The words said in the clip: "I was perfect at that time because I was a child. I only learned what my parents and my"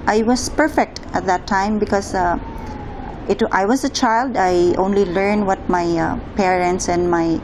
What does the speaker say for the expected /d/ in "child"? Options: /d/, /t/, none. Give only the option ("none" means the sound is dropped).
/d/